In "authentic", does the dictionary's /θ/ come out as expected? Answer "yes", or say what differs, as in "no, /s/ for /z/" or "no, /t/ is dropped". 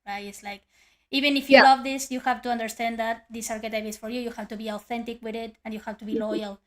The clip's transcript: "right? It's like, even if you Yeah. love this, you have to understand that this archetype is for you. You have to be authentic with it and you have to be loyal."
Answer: yes